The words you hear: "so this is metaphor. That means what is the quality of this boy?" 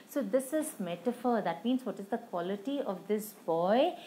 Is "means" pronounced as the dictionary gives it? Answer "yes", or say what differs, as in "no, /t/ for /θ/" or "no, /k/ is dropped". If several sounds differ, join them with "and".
yes